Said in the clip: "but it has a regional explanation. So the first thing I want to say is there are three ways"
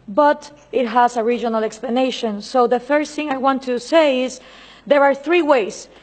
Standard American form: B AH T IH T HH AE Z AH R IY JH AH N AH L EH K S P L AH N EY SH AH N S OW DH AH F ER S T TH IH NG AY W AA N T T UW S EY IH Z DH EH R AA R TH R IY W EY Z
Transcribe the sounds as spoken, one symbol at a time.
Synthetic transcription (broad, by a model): B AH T IH T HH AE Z AH R IY JH AH N AH L EH K S P L AH N EY SH AH N S OW DH AH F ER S TH IH NG AY W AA N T T UW S EY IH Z DH EH R AA R TH R IY W EY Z